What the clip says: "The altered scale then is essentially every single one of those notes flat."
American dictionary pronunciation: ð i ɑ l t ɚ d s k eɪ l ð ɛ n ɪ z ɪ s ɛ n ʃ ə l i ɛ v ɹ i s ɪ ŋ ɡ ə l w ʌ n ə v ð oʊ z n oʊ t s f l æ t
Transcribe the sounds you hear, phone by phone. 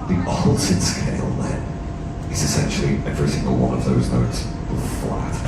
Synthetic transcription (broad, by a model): ð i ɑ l s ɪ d s k eɪ l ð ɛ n ɪ z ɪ s ɛ n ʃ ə l i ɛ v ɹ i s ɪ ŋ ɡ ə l w ʌ n ə v ð oʊ z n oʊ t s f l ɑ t